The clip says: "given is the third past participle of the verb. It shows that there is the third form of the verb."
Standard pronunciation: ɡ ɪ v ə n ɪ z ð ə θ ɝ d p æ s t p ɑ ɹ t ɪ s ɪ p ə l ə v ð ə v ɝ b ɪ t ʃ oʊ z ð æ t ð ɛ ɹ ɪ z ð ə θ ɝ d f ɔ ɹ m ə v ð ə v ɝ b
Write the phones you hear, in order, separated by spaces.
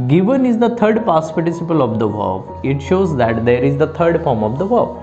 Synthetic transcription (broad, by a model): ɡ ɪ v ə n ɪ z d ə t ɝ d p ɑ s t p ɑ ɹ t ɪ s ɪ p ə l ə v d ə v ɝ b ɪ t ʃ oʊ z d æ t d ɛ ɹ ɪ z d ə t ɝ d f ɔ ɹ m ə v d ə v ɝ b